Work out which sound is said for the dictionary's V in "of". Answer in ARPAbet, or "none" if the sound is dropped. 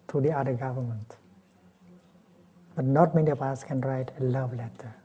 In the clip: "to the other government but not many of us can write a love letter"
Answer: P